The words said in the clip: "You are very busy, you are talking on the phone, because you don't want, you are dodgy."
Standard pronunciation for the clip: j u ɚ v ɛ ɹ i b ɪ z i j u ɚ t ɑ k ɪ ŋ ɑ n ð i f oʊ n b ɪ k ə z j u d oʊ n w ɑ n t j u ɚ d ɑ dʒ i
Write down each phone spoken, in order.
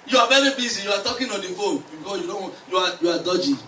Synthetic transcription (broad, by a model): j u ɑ v ɛ ɹ i b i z i j u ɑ t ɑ k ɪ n ɑ n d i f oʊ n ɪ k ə j u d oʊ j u ɑ j u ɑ d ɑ dʒ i